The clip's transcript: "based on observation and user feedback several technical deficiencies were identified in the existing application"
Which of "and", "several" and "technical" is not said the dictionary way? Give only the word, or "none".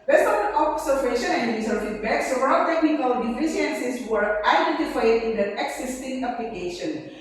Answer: several